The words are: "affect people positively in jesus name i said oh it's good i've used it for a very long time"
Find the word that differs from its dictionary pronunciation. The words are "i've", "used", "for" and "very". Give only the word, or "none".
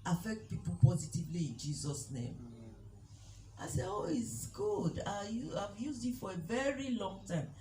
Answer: none